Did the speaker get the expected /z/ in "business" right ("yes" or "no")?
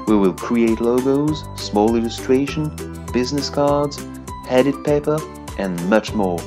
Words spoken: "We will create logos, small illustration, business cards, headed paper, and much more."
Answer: yes